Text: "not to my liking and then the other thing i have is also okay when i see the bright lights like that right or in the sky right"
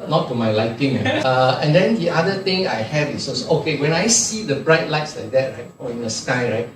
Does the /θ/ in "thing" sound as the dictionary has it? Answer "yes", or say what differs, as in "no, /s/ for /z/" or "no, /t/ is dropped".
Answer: no, /t/ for /θ/